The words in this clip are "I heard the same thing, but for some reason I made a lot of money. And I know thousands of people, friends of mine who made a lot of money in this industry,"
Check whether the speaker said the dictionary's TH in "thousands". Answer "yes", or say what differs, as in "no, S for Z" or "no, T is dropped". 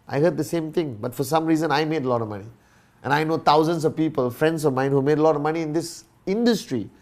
no, T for TH